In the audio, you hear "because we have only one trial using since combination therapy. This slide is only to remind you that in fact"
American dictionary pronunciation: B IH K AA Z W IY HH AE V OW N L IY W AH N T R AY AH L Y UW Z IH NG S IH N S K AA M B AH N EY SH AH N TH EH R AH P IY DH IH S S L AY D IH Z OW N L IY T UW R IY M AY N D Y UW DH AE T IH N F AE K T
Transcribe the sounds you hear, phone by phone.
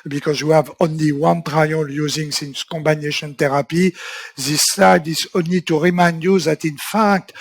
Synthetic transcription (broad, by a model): B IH K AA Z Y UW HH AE V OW N L IY W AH N T R AY AH L Y UW Z IH NG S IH N S K AA M B AH N EY SH AH N T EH R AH P IY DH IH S S AY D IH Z OW N L IY T UW R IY M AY N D Y UW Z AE T IH N F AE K T